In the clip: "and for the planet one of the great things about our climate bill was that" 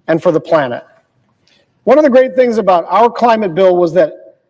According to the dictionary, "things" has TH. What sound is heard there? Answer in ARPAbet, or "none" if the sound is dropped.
TH